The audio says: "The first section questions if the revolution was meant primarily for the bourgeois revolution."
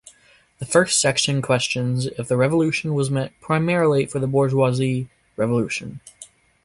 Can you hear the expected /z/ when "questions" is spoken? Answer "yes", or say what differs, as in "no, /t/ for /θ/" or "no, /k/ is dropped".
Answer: yes